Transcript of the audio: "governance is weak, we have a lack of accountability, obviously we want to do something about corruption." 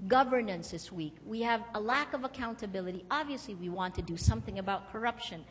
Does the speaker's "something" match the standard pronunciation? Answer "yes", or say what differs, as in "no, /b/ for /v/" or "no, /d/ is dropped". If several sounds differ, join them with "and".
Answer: yes